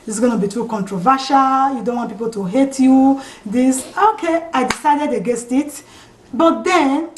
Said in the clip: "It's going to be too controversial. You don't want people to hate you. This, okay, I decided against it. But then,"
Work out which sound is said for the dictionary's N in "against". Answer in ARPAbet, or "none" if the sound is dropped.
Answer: none